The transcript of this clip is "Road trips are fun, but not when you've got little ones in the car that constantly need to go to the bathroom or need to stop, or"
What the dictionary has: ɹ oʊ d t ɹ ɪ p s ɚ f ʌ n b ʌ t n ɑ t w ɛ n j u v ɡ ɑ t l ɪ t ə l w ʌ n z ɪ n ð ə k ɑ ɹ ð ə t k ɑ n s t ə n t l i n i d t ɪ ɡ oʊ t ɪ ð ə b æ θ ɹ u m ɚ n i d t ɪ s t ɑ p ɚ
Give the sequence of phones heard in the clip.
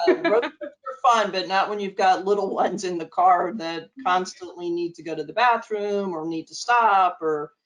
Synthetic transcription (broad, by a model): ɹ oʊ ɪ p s ɚ f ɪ n b ʌ t n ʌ t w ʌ n j u v ɡ ɑ t l ɪ t l w ʌ n z ɪ n ð ə k ɑ ɹ ð ə t k ɑ n s t ə n t l i n i d t ɪ ɡ oʊ t ɪ ð ə b æ θ ɹ u m ɚ n i d t ɪ s t ɑ p ɚ